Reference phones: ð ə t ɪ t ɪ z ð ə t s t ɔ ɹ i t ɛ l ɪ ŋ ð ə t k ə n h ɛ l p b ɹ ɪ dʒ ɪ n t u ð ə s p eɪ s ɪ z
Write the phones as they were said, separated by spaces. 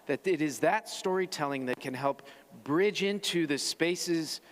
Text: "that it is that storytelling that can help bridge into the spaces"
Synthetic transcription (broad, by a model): ð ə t ɪ t ɪ z ð ə t s t ɔ ɹ i t ɛ l ɪ ŋ ð ə t k ə n h ɛ l p b ɹ ɪ dʒ ɪ n t u ð ə s p eɪ s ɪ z